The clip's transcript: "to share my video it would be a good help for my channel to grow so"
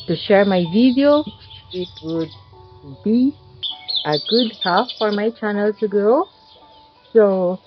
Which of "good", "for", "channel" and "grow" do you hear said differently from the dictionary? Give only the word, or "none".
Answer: grow